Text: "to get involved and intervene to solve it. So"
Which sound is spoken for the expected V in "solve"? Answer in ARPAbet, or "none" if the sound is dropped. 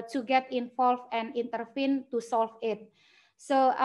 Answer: F